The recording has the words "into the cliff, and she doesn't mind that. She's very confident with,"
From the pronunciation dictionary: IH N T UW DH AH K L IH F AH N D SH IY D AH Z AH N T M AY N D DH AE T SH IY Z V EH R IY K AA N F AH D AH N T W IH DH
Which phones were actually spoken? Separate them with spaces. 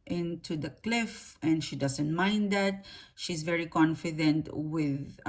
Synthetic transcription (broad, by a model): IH N T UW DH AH K L IH F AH N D SH IY D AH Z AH N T M AY N D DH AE T SH IY Z V EH R IY K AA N F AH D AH N T W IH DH